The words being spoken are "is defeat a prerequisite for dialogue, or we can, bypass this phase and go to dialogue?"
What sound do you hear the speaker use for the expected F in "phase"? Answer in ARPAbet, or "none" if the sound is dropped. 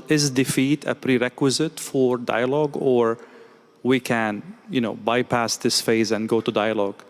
F